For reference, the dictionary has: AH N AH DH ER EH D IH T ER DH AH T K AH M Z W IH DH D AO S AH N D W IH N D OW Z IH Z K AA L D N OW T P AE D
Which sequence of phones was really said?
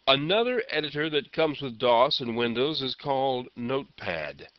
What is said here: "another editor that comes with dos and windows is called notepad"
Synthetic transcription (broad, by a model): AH N AH DH ER EH D IH T ER DH AH T K AH M Z W IH DH D AO S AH N W IH N D OW Z IH Z K AA L D N OW T P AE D